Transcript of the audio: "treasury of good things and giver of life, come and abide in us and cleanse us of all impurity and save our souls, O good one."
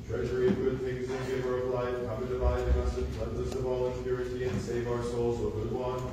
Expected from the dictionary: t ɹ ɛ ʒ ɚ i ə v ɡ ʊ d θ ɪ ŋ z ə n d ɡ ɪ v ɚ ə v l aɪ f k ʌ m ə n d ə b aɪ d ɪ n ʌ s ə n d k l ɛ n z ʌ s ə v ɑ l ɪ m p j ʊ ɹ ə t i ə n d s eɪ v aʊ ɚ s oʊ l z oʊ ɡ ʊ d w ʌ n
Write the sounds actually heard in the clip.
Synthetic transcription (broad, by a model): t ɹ ɛ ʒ ɚ i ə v ɡ ʊ d θ ɪ ŋ z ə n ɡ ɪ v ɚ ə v l aɪ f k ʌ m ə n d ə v aɪ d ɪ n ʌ s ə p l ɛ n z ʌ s ə v ɑ l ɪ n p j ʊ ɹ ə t i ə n s eɪ v aʊ ɚ s oʊ l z oʊ ɡ ʊ d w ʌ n